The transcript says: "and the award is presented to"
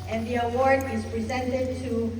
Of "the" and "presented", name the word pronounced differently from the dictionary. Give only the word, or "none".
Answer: none